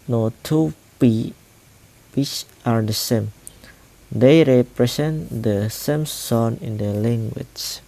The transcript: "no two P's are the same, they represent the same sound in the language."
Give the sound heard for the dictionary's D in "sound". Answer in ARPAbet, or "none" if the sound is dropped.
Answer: none